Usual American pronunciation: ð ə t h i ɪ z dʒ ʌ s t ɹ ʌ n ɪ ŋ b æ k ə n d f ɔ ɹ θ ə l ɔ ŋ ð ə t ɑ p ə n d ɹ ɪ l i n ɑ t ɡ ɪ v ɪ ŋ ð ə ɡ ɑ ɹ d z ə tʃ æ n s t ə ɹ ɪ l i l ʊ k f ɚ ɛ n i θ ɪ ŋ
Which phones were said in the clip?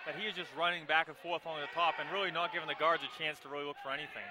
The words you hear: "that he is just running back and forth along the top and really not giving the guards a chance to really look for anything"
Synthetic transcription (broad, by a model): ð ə t h i ɪ z dʒ ʌ s t ɹ ʌ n ɪ ŋ b æ k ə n f ɔ ɹ θ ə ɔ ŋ ð ə t ɑ p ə n ɹ ɪ l i n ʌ t ɡ ɪ v ɪ ŋ ð ə ɡ ɑ ɹ d z ə tʃ æ n s t ə ɹ ɪ l i l ʊ k f ɚ ɛ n i θ ɪ ŋ